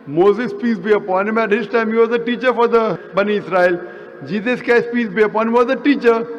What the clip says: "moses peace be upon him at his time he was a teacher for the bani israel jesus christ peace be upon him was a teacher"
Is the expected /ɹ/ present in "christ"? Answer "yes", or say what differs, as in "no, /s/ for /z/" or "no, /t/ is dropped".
no, /ɹ/ is dropped